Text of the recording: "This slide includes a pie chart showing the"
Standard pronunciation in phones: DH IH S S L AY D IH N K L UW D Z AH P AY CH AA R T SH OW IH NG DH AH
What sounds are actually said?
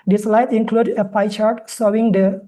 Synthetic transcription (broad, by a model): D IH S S L AY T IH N K L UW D AH P AY CH AA R T S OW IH NG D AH